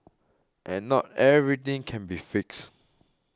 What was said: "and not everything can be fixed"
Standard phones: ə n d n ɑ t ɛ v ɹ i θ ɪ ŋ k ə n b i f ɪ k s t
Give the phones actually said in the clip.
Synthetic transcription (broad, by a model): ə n n ɑ t ɛ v ɹ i t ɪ ŋ k ə n b i f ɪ k s